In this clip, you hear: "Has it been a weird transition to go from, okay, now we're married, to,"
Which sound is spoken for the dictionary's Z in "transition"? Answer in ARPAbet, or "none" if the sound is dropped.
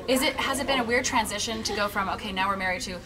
Z